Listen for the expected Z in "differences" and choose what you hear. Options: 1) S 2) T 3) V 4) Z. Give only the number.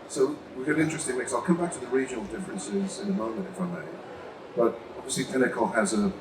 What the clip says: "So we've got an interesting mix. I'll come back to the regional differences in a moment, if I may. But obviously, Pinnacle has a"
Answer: 4